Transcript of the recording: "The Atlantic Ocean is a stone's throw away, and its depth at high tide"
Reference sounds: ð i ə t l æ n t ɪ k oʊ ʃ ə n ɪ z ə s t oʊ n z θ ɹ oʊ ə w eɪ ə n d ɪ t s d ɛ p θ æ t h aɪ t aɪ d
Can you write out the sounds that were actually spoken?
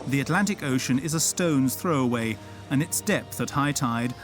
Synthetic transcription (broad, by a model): ð i ə t l æ n t ɪ k oʊ ʃ ə n ɪ z ə s t oʊ n z θ ɹ oʊ ə w eɪ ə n ɪ t s d ɛ p θ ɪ t h aɪ t aɪ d